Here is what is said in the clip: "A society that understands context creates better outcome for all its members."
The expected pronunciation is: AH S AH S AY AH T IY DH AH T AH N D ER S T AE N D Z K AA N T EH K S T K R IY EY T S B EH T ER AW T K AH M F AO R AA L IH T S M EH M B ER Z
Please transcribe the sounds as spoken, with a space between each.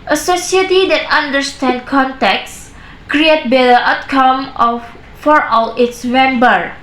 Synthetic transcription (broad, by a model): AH S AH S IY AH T IY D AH T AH N D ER S T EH N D K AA N T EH K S K R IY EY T B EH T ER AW T K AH M F AO R AA L IH T S M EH M B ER